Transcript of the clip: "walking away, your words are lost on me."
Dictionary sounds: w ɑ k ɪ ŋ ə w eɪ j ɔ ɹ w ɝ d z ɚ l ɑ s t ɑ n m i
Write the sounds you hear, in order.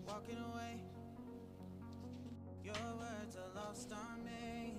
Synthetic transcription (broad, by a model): w ɑ k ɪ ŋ ə w eɪ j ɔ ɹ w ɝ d ɚ l ɑ s t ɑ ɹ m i